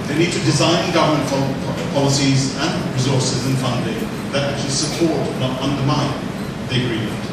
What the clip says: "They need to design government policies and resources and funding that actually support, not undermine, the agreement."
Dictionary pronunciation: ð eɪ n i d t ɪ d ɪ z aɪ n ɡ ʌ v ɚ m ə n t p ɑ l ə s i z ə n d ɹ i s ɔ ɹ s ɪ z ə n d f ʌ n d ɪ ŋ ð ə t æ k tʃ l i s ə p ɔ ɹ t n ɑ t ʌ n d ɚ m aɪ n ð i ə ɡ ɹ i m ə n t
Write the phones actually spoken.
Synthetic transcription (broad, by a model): ð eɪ n i d t ɪ d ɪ z aɪ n ɡ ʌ v ɚ m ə n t p ɑ l ə s i z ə n ɹ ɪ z ɔ ɹ s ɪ z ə n f ʌ n d ɪ ŋ ð ə t æ k tʃ l i s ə p ɔ ɹ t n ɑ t ʌ n d ɚ m aɪ n ð i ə ɡ ɹ i m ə n t